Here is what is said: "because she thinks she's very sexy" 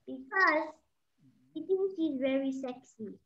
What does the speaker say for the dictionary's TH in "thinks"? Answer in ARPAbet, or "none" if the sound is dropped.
T